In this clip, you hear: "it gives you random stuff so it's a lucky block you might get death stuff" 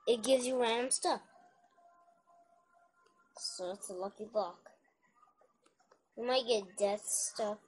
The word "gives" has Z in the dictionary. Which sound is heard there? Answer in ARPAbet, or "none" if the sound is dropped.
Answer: Z